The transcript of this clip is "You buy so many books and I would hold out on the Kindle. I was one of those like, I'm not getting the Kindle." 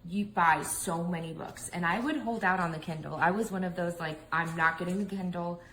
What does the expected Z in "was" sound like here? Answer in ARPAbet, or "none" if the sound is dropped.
Z